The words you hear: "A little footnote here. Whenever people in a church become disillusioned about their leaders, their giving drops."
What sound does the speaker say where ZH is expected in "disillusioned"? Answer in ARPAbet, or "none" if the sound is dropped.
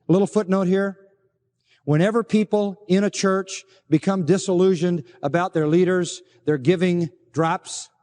ZH